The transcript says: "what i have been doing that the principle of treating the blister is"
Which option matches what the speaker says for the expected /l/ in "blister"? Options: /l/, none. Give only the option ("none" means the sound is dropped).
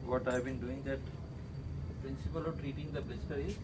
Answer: none